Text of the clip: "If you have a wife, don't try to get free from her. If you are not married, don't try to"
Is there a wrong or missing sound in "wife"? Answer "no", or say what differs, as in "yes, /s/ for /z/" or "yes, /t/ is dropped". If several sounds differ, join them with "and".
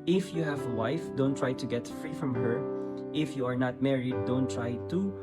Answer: no